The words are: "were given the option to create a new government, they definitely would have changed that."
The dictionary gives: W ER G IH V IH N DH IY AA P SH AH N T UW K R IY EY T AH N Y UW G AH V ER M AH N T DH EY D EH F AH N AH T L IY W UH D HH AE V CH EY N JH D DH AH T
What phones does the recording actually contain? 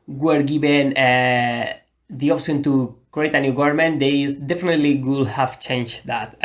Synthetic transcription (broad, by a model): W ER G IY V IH N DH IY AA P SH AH N T UW K R IY EY T AH N Y UW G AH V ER M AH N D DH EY D EH F AH N AH T L IY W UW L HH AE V CH EY N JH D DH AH T